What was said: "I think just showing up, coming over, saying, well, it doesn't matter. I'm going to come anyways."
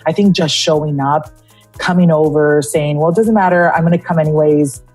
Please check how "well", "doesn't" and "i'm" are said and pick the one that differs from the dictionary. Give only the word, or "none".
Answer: none